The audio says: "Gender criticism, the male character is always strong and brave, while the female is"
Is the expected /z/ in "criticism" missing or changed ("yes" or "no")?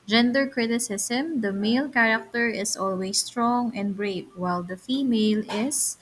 yes